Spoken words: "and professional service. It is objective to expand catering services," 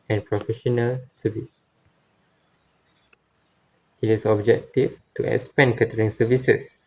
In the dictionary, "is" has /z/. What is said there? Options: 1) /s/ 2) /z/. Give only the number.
1